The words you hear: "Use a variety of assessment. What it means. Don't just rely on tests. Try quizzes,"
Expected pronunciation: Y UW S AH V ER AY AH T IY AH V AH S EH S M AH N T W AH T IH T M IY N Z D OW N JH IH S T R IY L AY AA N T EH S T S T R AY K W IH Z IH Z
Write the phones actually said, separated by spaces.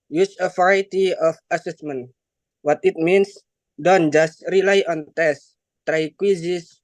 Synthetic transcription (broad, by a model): Y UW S AH F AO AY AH T IY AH F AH S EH S M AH N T W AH T IH T M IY N S D OW N JH IH S T R IY L AY AA N T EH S S T R AY K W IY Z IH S